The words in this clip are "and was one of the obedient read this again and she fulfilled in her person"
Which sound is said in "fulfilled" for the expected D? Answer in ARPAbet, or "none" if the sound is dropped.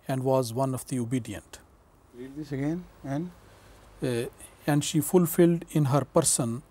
D